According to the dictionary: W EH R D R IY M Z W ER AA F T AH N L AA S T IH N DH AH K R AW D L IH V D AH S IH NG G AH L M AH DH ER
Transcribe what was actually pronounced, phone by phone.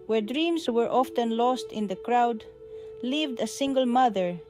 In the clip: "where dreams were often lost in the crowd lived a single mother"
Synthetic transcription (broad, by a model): W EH R D R IY M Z W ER AA F T AH N L AA S T IH N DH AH K R AW D L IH V D AH S IH NG G AH L M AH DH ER